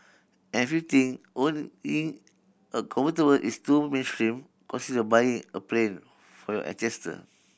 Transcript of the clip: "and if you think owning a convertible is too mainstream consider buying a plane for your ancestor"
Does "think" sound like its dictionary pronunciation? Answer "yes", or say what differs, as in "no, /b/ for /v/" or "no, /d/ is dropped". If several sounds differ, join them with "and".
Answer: no, /t/ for /θ/ and /k/ is dropped